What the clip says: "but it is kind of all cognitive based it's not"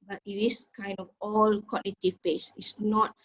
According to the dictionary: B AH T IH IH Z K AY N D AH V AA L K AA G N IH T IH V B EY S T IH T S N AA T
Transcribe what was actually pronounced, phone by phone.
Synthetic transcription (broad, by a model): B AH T IH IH S K AY N D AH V AA L K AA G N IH T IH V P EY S IH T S N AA T